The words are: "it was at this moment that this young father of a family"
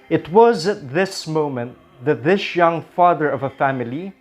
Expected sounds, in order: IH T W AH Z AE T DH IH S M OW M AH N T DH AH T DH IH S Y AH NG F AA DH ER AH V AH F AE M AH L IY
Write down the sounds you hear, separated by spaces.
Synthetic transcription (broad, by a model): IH T W AH Z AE T DH IH S M OW M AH N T DH AH T DH IH S Y AH NG F AA DH ER AH V AH F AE M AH L IY